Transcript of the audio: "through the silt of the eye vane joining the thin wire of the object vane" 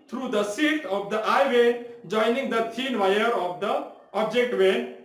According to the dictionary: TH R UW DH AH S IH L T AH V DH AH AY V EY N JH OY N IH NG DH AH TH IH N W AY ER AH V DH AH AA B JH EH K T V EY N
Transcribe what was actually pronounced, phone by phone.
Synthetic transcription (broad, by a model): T R UW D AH S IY T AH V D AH AY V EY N JH OY N IH NG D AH T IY N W AY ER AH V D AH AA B JH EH K T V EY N